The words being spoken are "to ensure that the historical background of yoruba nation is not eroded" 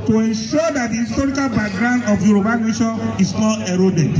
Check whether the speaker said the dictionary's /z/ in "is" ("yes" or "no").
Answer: no